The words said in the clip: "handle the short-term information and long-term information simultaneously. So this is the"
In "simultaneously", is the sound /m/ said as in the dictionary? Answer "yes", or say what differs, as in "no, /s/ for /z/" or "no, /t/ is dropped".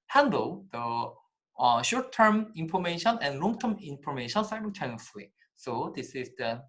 no, /m/ is dropped